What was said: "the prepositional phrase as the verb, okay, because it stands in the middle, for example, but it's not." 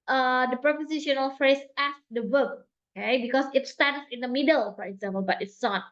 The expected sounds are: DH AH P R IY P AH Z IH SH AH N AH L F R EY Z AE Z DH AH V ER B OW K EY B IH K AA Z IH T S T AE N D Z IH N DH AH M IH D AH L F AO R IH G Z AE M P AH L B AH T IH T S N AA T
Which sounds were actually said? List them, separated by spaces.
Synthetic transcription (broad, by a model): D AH P R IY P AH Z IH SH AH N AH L F R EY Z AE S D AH W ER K OW K EY B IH K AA S IH T S T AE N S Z IH N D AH M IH D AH L F AO R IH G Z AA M P AH L B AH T IH T S N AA T